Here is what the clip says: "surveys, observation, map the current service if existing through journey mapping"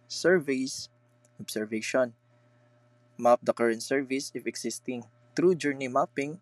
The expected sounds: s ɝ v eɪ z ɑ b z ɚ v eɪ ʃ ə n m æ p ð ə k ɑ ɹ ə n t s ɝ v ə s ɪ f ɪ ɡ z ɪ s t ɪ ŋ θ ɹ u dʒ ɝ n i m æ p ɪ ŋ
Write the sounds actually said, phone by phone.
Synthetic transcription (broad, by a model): s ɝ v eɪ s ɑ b s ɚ v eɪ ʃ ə n m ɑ p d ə k ɑ ɹ ə n t s ɝ v ə s ɪ f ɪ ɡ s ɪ s t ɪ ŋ t ɹ u dʒ ɝ n i m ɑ p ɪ ŋ